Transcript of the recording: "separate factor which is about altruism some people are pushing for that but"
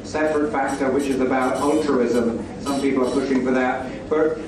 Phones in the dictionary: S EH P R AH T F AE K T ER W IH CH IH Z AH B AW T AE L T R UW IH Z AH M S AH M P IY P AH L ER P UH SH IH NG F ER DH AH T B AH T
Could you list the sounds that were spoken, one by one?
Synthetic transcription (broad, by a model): S EH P R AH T F AE K T ER W IH CH IH Z AH B AW T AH L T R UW IH Z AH M S AH M P IY P L ER P UH SH IH NG F ER DH AH T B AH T